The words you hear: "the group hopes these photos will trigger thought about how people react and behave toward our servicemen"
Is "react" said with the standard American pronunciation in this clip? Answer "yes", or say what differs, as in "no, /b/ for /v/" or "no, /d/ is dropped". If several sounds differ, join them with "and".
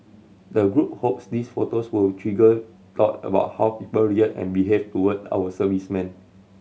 no, /k/ is dropped